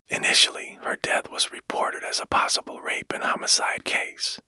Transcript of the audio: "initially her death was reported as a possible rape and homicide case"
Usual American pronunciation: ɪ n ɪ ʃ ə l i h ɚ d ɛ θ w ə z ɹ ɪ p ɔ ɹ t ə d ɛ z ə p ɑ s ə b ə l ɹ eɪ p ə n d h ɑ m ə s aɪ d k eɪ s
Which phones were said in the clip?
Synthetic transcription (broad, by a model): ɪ n ɪ ʃ l i h ɚ d ɛ θ w ə z ɹ ɪ p ɔ ɹ t ə d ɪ z ə p ɑ s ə b l ɹ eɪ p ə n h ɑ m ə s aɪ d k eɪ s